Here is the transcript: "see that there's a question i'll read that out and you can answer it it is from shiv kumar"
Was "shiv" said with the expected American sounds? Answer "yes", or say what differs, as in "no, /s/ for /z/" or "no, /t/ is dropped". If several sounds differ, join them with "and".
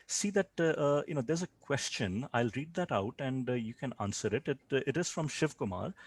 yes